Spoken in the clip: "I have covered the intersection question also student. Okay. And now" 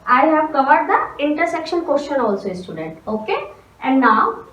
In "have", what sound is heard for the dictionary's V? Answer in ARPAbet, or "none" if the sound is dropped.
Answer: V